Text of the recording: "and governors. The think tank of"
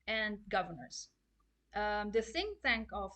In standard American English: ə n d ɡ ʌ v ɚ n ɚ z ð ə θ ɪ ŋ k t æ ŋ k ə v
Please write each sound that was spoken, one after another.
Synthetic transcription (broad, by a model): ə n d ɡ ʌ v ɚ n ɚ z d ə s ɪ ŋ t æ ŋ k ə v